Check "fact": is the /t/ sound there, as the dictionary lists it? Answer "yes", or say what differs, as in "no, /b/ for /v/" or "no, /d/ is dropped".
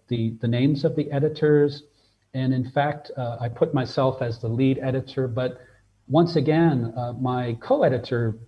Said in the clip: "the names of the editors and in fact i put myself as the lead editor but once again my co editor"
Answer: yes